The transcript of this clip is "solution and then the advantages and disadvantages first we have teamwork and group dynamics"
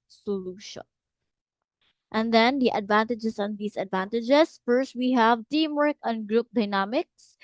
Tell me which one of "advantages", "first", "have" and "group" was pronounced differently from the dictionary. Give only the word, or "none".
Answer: advantages